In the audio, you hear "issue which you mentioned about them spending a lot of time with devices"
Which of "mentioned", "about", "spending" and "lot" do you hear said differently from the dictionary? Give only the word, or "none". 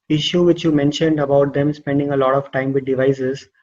none